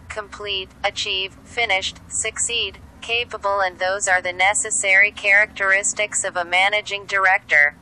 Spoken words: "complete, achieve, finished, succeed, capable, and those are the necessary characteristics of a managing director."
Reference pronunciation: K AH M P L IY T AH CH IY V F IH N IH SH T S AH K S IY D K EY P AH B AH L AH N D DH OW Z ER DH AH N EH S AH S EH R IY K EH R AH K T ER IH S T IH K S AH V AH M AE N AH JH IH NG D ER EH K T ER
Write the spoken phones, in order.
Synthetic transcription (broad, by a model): K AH M P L IY T AH CH IY V F IH N IH SH T S AH K S IY D K EY P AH B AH L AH N DH OW Z ER DH AH N EH S AH S EH R IY K EH R AH K T ER IH S T IH K S AH V AH M AE N AH JH IH NG D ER EH K T ER